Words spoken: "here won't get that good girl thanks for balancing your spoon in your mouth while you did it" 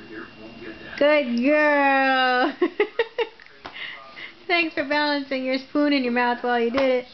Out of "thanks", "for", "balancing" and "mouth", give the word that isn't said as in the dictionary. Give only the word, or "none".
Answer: none